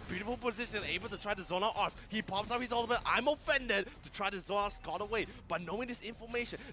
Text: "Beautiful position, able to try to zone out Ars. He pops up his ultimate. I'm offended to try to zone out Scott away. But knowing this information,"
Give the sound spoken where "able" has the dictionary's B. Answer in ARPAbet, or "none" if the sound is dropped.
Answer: B